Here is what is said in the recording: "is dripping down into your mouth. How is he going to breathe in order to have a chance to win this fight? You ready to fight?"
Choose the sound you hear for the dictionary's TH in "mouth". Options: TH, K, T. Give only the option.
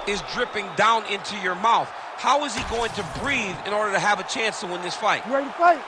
TH